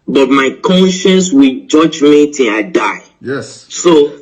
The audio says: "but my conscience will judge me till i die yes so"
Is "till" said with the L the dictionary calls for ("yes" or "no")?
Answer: no